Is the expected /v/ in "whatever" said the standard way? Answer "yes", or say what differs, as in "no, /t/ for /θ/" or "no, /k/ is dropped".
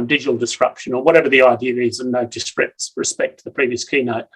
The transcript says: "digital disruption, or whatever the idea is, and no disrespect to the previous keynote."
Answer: yes